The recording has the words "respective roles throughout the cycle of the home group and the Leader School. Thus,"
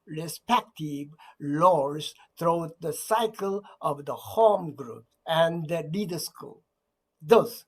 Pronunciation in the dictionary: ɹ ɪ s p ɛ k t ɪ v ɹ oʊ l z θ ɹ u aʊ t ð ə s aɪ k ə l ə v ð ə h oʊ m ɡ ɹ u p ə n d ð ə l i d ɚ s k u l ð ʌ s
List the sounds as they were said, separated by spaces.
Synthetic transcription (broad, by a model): ɹ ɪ s p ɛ k t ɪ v l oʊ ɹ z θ ɹ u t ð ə s aɪ k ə l ə v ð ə h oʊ m ɡ ɹ u p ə n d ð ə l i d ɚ s k u l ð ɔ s